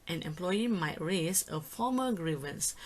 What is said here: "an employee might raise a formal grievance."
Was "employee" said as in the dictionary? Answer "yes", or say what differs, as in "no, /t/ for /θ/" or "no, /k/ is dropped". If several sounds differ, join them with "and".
yes